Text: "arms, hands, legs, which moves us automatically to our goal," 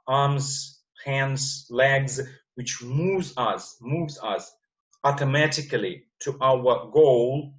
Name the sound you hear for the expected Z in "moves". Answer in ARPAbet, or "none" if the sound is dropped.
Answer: Z